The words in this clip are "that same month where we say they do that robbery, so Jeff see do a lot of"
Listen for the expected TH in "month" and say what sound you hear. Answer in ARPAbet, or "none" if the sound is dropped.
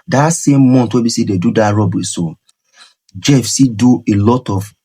T